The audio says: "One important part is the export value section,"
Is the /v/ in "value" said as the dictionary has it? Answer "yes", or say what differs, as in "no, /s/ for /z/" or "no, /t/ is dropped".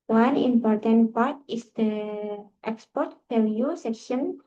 no, /p/ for /v/